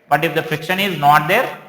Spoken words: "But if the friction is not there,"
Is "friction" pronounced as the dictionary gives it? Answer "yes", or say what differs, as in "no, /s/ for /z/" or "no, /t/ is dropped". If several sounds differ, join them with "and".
yes